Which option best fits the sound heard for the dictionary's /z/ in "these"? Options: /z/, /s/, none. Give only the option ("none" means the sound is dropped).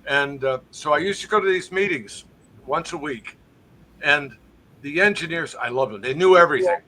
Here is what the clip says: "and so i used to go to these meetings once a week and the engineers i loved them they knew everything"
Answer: /z/